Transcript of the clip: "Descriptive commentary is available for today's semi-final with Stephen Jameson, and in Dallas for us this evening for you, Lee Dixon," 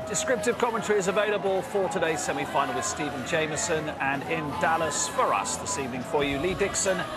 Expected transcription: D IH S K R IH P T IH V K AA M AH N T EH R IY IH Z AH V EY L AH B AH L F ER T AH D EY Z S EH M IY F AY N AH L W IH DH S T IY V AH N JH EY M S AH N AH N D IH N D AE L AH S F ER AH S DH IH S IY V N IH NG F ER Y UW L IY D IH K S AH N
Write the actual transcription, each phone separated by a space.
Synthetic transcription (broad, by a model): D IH S K R IH P T IH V K AA M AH N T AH R IY IH Z AH V EY L AH B AH L F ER T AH D EY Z S EH M IY F AY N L W IH DH S T IY V AH N JH EY M S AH N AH N IH N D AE L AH S F ER AH S DH IH S IY V N IH NG F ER Y UW L IY D IH K S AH N